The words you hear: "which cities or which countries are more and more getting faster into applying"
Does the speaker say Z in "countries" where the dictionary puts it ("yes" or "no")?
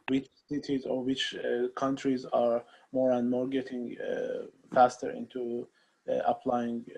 yes